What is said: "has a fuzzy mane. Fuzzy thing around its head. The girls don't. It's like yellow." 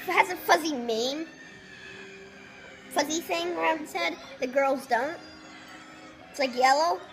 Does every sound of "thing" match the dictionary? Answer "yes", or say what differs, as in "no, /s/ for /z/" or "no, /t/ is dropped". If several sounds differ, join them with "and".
yes